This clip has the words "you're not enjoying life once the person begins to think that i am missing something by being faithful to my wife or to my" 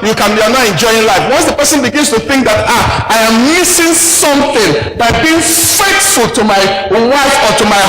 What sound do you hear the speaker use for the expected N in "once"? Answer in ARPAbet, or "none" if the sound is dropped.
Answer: N